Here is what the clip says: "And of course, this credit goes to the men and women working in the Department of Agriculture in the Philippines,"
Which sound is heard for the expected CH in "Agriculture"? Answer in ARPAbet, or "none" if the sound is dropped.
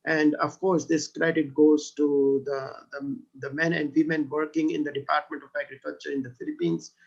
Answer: CH